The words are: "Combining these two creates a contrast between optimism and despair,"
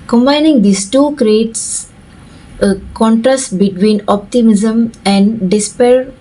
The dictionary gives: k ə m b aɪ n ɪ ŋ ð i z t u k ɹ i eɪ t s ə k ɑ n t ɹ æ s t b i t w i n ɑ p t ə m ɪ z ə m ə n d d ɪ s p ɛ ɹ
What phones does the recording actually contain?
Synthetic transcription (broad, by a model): k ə m b aɪ n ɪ ŋ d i s t u k ɹ i eɪ t s ə k ɑ n t ɹ æ s t b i t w i n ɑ p t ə m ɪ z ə m ə n d d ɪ s p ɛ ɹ